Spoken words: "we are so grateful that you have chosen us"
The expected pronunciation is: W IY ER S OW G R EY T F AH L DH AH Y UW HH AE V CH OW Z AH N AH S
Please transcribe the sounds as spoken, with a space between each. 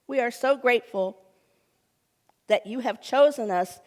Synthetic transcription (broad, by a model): W IY ER S OW G R EY T F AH L DH AH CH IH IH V CH OW Z AH N AH S